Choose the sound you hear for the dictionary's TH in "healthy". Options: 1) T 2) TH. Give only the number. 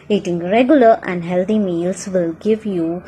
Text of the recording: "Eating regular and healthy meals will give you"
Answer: 1